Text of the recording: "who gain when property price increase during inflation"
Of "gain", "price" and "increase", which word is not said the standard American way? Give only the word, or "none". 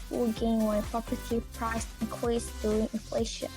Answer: increase